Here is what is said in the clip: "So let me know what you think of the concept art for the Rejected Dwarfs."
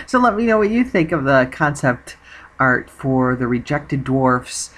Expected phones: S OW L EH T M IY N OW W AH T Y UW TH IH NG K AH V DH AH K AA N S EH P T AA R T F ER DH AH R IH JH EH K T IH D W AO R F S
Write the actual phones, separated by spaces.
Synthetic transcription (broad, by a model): S OW L EH T M IY N OW W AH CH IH TH IH NG K AH V DH AH K AA N S EH P T AA R T F ER DH AH R IH JH EH K T IH D W AO R F S